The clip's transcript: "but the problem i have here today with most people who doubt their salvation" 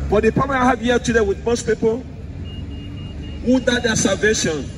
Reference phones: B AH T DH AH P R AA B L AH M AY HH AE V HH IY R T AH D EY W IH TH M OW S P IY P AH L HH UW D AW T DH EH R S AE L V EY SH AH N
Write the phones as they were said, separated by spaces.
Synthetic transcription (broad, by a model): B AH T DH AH P AA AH AY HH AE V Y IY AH T AH D EY W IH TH M OW S P IY P AH L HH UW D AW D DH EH S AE L V EY SH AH N